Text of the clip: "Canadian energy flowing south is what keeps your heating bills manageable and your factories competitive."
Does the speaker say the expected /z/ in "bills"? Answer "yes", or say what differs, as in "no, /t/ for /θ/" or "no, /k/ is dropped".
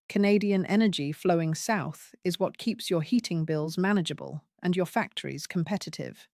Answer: yes